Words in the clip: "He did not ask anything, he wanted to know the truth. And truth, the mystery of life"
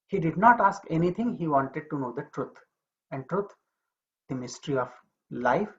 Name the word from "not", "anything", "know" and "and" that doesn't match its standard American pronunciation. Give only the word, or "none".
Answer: anything